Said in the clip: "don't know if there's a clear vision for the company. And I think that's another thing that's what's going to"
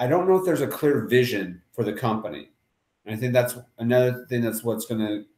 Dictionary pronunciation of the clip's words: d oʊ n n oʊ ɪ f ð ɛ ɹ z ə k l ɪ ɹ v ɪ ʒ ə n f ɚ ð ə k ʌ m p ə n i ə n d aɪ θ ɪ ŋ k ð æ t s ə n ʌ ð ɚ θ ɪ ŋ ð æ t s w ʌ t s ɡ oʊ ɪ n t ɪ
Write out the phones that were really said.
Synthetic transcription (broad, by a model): d oʊ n n oʊ ɪ f ð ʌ ɹ z ə k l ɪ ɹ v ɪ ʒ ə n f ɚ ð ə k ʌ m p ə n i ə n aɪ θ ɪ ŋ k ð æ t s ə n ʌ ð ɚ θ ɪ ŋ ð æ t s w ʌ t s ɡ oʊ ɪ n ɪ